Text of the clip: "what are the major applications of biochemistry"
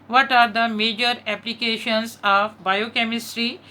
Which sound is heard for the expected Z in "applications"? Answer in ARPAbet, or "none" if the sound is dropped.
S